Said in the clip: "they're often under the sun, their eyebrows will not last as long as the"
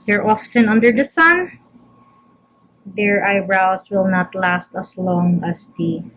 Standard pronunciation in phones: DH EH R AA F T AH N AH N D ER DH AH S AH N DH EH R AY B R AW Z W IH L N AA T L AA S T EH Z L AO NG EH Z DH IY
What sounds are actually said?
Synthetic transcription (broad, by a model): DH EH R AA F T AH N AH N D ER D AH S AH N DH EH R AY B R AW S W IH L N AA T L AA S T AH S L AO NG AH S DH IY